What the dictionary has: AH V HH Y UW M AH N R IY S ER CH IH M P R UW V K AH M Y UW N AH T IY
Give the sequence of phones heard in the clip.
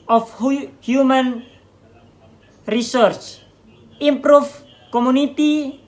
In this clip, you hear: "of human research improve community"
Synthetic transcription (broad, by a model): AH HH HH Y UW M AH N R IY S ER CH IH M P R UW F K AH M UW N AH T IY